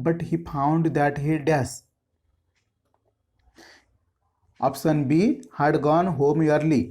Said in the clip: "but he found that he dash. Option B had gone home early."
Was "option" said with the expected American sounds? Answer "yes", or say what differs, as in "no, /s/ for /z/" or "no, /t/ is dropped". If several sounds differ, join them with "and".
no, /s/ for /ʃ/